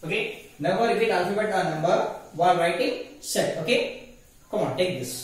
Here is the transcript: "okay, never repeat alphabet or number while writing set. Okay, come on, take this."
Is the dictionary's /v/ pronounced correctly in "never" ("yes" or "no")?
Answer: no